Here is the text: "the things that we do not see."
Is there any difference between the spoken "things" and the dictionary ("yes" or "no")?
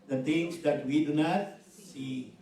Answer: yes